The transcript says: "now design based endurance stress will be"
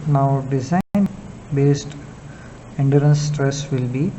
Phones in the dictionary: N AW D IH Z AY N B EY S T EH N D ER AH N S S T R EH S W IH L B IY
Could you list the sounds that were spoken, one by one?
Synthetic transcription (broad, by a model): N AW D IH Z AY N B EY S T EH N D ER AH N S S T R EH S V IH L B IY